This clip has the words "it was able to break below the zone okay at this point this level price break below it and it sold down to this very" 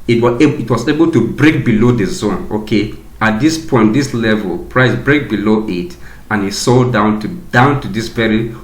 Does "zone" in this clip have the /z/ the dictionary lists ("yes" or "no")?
yes